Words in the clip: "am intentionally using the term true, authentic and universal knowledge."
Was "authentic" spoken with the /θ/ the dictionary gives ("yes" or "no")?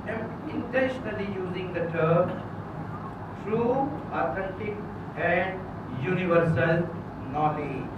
no